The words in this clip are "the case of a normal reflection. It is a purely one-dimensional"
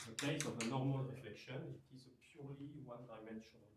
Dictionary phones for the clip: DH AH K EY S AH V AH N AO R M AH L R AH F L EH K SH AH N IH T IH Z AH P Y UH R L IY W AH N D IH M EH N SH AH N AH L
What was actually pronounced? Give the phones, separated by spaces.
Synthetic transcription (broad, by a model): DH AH K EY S AH V AH N AO R M AH L R AH F L EH K SH AH N IH T IH Z AH P Y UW R L IY W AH N D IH M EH N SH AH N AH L